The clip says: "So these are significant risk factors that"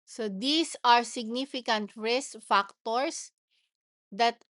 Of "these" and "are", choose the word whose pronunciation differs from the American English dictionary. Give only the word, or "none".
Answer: these